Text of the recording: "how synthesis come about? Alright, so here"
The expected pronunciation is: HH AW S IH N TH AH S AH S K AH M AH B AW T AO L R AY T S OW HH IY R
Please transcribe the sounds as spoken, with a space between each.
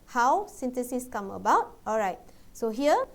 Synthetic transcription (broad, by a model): HH AW S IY N T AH S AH S K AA M AH B AW T AO L R AY T S OW HH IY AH